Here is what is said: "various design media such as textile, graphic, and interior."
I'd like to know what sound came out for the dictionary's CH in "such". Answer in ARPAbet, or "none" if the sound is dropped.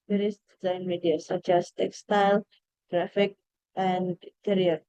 CH